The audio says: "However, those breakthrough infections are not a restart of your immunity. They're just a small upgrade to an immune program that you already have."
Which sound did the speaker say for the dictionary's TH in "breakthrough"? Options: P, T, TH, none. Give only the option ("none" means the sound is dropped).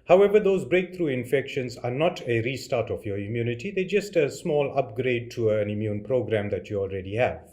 T